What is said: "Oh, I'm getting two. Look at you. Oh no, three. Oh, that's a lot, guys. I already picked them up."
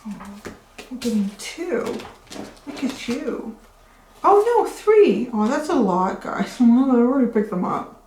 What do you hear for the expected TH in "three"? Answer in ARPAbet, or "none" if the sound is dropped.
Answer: TH